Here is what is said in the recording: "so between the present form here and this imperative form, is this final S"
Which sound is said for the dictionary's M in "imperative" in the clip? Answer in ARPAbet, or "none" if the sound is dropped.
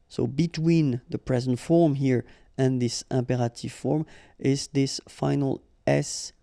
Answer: M